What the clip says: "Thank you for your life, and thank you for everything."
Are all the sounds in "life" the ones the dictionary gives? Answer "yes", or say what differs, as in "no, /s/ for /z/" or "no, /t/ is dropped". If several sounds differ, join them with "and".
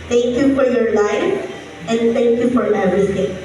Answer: no, /f/ is dropped